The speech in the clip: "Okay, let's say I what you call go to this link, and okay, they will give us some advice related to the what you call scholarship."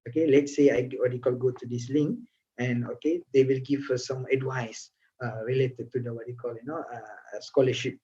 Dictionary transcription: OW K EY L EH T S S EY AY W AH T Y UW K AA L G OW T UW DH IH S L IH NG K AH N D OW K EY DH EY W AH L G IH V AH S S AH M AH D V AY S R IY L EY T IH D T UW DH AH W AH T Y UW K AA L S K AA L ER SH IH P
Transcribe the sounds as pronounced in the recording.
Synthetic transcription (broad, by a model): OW K EY L EH T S S EY AY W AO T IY K AA L G OW T UW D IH S L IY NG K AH N OW K EY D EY W AH L G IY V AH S S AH M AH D W AY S R IY L EY T IH D T UW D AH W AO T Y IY K AA L S K AA L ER SH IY P